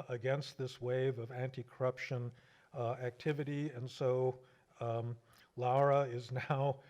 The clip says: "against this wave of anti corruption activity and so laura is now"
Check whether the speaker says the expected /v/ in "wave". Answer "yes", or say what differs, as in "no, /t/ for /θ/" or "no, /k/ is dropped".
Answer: yes